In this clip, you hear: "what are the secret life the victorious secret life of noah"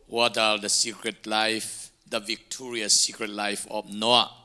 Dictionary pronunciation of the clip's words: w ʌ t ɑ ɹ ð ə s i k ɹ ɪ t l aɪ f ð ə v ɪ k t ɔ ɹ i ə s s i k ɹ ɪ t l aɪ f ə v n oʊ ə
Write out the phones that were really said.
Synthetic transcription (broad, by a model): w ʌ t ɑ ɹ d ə s i k ɹ ɪ t l aɪ f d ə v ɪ k t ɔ ɹ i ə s s i k ɹ ɪ t l aɪ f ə p n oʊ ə